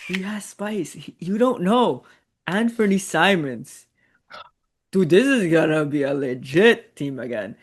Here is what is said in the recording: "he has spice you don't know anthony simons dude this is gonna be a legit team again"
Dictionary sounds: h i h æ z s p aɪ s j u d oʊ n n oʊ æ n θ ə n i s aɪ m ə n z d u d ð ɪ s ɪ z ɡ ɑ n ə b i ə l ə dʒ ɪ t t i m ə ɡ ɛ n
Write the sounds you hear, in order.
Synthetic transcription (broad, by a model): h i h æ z s p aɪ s j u d oʊ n n oʊ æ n f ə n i s aɪ m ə n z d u ð ɪ s ɪ z ɡ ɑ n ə b i ə l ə dʒ ɪ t t i m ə ɡ ɛ n